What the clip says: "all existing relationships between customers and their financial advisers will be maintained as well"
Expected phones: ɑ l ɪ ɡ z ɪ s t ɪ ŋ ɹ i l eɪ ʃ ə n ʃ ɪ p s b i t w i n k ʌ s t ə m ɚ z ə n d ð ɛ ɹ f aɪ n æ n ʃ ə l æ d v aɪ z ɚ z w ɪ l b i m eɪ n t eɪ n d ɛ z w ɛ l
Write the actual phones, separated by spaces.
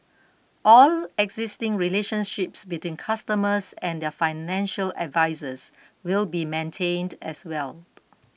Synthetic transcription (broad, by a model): ɑ l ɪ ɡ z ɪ s t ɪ ŋ ɹ i l eɪ ʃ ə n ʃ ɪ p s b i t w i n k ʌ s t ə m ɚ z ə n d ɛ f aɪ n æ n ʃ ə l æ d v aɪ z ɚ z w ɪ l b i m eɪ n t eɪ n d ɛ s w ɛ l